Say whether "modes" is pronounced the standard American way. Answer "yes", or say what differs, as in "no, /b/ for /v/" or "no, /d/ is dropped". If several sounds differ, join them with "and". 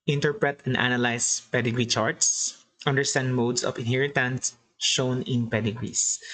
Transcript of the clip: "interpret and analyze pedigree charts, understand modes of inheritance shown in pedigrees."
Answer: no, /s/ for /z/